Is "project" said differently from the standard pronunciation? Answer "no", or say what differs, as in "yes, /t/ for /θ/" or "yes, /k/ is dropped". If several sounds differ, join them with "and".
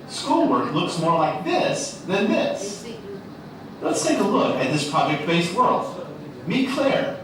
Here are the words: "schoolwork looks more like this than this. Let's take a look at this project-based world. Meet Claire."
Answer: no